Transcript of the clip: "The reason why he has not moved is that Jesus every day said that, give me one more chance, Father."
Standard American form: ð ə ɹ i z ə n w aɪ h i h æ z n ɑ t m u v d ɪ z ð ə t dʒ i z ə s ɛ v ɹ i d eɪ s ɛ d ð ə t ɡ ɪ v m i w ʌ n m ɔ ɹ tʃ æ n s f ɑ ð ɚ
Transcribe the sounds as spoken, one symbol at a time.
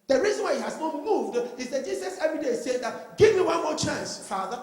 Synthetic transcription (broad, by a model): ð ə ɹ i z ə n w aɪ h i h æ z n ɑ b m u v d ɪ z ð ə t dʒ i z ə s ɛ v ɹ i d eɪ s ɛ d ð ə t ɡ ɪ v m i w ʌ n m ɔ tʃ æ n s f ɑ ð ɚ